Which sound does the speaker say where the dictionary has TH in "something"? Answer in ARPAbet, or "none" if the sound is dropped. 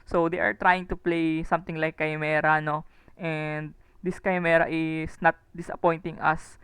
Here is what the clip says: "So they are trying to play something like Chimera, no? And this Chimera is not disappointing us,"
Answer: T